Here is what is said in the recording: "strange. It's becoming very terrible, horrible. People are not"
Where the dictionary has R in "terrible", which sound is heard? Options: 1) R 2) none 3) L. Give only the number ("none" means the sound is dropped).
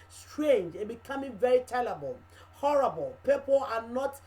3